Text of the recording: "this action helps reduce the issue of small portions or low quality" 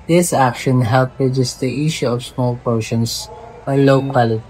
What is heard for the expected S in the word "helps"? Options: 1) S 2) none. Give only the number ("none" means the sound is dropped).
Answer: 2